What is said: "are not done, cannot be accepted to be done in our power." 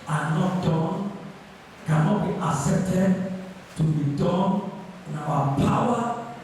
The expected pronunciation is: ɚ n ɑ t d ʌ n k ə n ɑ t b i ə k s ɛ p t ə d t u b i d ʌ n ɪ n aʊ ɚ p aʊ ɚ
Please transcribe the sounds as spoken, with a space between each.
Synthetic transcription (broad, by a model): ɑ n ɑ t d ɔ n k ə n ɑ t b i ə s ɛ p t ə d t u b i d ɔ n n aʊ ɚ p aʊ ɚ